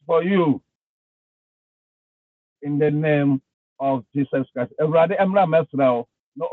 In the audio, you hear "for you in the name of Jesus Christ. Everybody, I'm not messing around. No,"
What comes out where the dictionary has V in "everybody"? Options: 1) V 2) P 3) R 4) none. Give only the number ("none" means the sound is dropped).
4